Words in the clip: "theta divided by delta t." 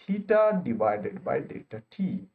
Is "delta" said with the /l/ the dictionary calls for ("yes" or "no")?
no